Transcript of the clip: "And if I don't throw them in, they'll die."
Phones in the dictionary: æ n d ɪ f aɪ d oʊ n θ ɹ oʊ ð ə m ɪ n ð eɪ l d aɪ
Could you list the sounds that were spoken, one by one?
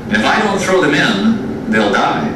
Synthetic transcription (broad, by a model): ɪ f aɪ d oʊ n θ ɹ oʊ ð ə m ɪ n ð eɪ l d aɪ